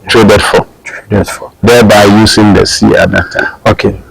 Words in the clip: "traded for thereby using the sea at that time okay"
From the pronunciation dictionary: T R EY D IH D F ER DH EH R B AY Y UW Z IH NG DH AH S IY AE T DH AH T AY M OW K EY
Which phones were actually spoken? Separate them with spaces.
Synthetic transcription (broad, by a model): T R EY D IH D F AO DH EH B AY Y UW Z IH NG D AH S IY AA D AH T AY OW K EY